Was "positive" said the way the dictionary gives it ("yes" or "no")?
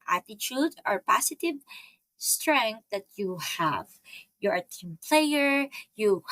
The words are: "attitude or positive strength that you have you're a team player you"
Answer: no